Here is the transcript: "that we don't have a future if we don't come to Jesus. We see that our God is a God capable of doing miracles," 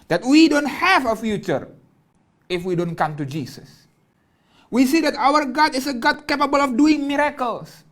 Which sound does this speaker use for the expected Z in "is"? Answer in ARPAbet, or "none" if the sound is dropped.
S